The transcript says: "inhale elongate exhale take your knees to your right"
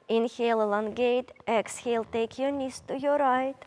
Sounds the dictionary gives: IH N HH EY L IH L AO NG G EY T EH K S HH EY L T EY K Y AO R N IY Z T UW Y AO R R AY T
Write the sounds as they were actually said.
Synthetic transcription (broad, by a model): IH N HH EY L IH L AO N G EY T EH K S HH EY L T EY K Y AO N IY S T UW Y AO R R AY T